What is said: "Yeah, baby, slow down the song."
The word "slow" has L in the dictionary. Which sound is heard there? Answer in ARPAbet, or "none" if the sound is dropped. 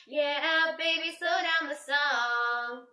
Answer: none